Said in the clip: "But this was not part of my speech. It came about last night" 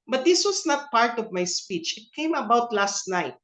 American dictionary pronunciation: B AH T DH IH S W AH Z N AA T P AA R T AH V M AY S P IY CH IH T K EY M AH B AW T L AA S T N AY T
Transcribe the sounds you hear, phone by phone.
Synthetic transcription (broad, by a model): B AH T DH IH S W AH S N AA T P AA R T AH V M AY S P IY CH IH T K EY M AH B AW T L AA S T N AY T